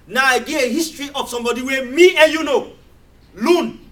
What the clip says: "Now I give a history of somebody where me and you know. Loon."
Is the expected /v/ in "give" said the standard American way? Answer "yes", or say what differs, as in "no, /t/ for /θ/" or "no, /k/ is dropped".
no, /v/ is dropped